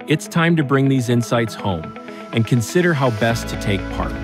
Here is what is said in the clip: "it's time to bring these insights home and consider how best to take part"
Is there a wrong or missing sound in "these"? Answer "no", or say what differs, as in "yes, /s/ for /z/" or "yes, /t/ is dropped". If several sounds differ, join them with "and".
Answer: no